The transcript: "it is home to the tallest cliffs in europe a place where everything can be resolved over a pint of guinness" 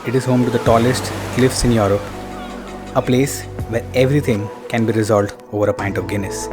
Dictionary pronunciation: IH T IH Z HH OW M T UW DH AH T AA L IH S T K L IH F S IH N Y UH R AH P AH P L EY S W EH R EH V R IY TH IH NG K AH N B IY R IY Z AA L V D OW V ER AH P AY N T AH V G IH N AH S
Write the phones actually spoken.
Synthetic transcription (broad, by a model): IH T IH Z HH OW M T UW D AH T AA L IH S T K L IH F S IH N Y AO R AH P AH P L EY S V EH R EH V R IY T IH NG K AH N B IY R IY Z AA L D OW V ER AH P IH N T AH V G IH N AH S